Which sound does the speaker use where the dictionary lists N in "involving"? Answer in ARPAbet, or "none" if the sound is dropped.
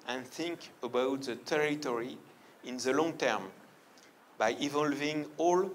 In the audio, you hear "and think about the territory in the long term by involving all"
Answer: none